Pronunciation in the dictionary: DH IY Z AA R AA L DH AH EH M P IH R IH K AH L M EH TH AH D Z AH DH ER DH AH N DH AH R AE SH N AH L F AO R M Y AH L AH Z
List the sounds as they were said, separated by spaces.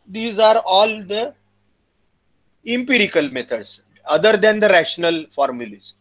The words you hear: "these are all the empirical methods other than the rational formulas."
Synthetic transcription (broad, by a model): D IY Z AA R AA L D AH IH M P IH R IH K AH L M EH T AH D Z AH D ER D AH N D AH R AE SH N AH L F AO R M Y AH L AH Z